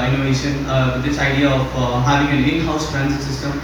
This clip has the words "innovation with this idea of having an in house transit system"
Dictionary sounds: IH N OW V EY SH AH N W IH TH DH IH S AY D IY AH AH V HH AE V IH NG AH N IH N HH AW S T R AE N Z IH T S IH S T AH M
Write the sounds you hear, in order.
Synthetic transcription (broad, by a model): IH N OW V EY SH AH N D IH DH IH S AY D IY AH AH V HH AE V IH NG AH L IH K HH AW S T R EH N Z S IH S T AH M